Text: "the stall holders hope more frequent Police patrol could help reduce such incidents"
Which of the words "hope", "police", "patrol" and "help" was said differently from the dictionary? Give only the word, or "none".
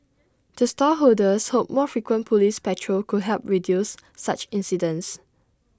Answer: none